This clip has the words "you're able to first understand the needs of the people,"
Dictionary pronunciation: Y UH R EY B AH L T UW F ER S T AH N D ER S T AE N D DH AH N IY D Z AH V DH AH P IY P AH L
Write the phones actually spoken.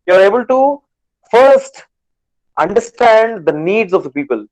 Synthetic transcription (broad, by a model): Y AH R EY B AH L T UW F ER S T AH N D ER S T AE N D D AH N IY D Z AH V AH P IY P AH L